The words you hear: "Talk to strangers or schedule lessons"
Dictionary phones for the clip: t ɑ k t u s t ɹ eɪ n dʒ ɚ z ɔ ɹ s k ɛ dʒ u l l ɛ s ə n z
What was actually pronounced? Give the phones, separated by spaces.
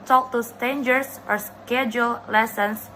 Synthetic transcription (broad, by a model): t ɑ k t u s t eɪ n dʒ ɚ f ɔ ɹ s k ɛ dʒ u l l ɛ s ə n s